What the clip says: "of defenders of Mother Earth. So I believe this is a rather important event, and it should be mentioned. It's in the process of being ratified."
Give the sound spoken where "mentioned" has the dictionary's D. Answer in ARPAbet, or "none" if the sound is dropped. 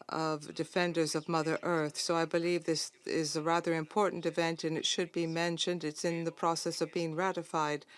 D